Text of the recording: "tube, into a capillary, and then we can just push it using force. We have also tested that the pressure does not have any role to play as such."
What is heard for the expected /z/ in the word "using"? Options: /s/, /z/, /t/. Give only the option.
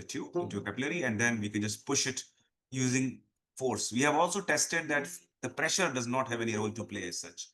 /z/